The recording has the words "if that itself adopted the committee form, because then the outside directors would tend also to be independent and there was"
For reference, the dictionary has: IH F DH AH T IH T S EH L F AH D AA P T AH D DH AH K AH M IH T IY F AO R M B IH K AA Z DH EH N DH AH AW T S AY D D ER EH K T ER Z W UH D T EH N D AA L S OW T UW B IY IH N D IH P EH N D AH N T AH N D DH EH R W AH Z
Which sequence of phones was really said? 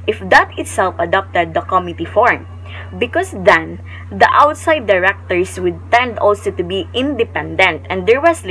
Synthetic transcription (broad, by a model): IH F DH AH T IH T S EH L F AH D AA P T AH D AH K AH M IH T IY F AO R M B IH K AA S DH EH N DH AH AW T S AY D D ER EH K T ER S W UH D T EH N D AA L S OW T UW B IY IH N D IH P EH N D AH N T AH N D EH R W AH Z